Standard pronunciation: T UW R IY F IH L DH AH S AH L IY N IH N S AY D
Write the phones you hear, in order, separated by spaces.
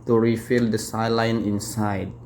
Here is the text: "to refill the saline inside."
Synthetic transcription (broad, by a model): T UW R IY F IH L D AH S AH L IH N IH N S AY D